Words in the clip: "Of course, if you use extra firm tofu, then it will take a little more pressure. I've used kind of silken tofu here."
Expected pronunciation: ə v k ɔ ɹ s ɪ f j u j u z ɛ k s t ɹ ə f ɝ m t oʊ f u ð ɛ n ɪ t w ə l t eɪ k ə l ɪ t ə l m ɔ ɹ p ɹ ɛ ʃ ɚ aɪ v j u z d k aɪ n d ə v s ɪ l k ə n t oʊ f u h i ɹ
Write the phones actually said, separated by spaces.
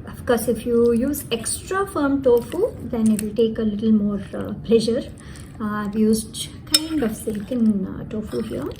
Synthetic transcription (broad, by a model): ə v k ɔ ɹ s ɪ f j u j u z ɛ k s t ɹ ə f ɝ m t oʊ f u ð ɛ n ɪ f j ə t eɪ k ə l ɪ t l m ɔ ɹ p l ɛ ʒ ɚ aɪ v j u z d k aɪ n d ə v s ɪ l k ə n t oʊ f u h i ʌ